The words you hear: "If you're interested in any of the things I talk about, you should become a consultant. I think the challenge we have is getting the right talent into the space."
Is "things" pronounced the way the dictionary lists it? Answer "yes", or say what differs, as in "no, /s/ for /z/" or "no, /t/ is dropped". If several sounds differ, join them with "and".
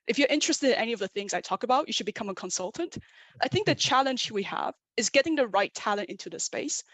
yes